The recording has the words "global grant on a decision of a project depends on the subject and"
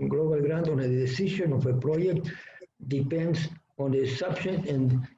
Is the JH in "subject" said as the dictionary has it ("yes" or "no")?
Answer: no